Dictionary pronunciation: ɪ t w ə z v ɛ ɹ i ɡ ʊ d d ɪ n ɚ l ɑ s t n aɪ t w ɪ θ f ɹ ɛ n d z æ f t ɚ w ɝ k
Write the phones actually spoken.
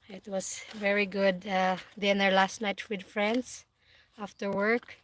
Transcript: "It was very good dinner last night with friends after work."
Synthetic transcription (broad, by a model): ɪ t w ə s v ɛ ɹ i ɡ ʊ d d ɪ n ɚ l ɑ s t n aɪ t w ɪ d f ɹ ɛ n d s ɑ f t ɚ w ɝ k